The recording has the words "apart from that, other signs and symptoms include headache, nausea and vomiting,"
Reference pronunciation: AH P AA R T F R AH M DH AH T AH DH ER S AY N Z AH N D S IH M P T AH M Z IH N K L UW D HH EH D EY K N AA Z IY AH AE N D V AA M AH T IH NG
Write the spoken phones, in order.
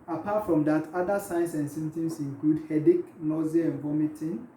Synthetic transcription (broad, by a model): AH P AA T F R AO M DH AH T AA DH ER S AY N S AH N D S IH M T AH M S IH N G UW D HH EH D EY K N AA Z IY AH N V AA M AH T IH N